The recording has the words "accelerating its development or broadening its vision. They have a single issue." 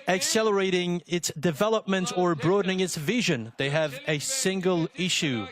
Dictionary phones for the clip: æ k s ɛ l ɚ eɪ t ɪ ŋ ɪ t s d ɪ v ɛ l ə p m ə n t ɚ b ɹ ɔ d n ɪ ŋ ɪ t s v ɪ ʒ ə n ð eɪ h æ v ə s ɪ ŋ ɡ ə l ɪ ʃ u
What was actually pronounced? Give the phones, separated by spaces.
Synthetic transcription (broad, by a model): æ k s ɛ l ɚ eɪ t ɪ ŋ ɪ t s d ɪ v ɛ l ə p m ə n t ɚ b ɹ ɔ d n ɪ ŋ ɪ t s v ɪ ʒ ə n ð eɪ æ v ə s ɪ ŋ ɡ ə l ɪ ʃ u